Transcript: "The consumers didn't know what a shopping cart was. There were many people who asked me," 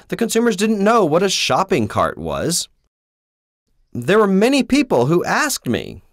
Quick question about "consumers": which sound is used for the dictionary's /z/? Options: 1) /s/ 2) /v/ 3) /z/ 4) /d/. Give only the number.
3